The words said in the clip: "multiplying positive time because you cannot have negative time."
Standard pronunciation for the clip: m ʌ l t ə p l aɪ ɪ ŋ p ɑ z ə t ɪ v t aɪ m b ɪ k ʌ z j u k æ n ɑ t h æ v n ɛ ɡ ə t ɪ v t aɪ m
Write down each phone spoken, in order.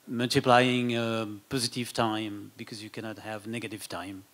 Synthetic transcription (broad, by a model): m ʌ l t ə p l aɪ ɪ ŋ p ɑ z ə t ɪ v t aɪ m b ɪ k ʌ z j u k æ n ɑ t h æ v n ɛ ɡ ə t ɪ v t aɪ m